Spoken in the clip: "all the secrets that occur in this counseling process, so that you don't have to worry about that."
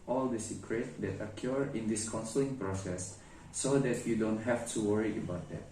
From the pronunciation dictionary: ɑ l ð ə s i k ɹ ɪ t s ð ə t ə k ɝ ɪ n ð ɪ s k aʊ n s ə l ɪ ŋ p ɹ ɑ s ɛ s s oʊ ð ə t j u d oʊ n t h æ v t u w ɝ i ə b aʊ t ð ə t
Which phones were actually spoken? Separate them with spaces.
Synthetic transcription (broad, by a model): ɑ l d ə s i k ɹ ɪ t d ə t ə k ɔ ɪ n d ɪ s k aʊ n s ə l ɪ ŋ p ɹ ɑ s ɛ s s oʊ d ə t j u d oʊ n t h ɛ f t u w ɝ i ə b aʊ t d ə t